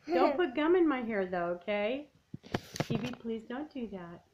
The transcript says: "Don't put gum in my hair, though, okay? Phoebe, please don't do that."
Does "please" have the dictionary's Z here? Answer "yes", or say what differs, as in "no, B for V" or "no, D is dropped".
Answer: yes